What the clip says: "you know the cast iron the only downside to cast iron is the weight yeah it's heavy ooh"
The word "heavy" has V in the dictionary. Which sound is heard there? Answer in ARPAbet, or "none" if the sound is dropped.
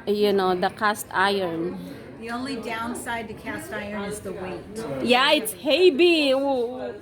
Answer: B